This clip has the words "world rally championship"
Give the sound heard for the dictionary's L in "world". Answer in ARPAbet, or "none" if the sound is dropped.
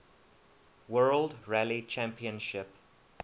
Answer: L